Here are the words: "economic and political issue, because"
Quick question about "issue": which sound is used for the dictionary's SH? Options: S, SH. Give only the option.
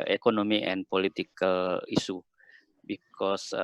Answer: S